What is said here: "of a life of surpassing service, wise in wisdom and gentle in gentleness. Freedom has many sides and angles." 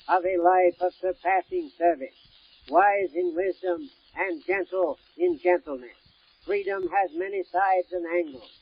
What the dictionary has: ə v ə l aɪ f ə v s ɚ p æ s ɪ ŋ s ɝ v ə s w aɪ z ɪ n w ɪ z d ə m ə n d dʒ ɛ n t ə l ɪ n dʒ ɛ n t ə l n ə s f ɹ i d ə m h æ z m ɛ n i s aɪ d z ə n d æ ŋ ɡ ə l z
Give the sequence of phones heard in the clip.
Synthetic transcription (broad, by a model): ə v ə l aɪ f ə v s ɚ p æ s ɪ ŋ s ɝ v ə s w aɪ z ɪ n w ɪ z d ə m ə n dʒ ɛ n t l ɪ n dʒ ɛ n t l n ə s f ɹ i d ə m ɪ z m ɛ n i s aɪ d z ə n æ ŋ ɡ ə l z